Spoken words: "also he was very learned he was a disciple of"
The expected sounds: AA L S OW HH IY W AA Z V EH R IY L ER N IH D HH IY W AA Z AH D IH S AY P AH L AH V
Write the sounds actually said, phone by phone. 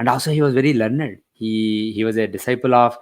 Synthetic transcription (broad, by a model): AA L S OW HH IY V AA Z V EH R IY L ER N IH D HH IY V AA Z AH D IH S AY P AH L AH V